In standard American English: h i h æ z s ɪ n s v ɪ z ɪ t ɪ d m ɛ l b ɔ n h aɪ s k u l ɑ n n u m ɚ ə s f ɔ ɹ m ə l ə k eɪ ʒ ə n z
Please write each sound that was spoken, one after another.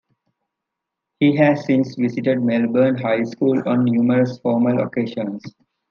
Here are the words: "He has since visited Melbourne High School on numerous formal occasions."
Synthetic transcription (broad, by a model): h i h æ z s ɪ n s v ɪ s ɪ t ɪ d m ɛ l b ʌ n h aɪ s k u l ɑ n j u m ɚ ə s f ɔ ɹ m ə l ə k eɪ ʃ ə n s